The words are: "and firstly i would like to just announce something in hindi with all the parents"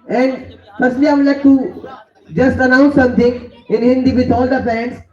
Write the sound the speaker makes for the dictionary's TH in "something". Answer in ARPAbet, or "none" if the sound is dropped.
T